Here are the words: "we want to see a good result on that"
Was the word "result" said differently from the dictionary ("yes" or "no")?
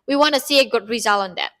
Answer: yes